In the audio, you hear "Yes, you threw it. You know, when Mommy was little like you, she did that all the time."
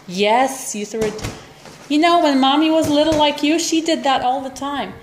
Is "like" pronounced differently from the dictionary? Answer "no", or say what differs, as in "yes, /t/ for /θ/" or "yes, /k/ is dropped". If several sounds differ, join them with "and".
no